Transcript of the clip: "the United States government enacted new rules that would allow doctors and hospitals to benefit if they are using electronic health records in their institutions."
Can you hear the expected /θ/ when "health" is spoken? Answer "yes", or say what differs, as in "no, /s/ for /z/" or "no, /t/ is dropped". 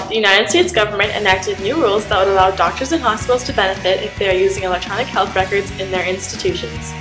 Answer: yes